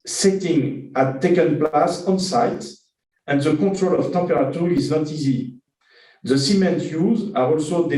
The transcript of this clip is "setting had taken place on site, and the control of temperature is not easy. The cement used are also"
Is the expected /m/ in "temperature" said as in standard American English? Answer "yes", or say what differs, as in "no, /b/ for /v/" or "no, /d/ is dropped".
no, /m/ is dropped